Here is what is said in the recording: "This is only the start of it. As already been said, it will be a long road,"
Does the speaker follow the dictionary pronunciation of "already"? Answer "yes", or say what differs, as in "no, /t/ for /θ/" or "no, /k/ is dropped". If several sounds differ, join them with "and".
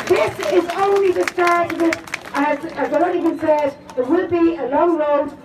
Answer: no, /ɹ/ is dropped